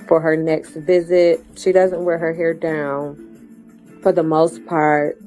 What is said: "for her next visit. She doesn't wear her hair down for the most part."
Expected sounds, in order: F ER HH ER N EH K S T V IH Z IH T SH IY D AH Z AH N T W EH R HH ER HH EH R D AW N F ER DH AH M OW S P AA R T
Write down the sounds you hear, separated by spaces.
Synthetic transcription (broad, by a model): F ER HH ER N EH K S T V IH Z IH T SH IY D AH Z AH N T W EH R HH ER HH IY R D AW N F ER DH AH M OW S P AA R T